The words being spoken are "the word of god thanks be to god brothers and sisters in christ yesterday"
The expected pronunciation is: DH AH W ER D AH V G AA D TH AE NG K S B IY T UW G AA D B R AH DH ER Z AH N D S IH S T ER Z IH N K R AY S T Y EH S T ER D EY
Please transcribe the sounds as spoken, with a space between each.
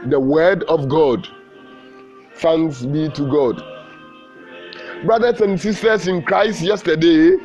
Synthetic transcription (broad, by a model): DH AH W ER D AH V G AA D S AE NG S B IY T UW G AA D B R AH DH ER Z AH N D S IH S T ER S IH N K R AY S T Y EH S T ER D EY